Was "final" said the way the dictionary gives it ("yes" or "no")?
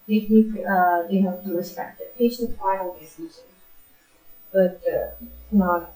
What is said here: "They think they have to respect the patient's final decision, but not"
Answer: no